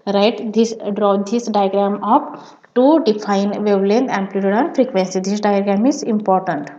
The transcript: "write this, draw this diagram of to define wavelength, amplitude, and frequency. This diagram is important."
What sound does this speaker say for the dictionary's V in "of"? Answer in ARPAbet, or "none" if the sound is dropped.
P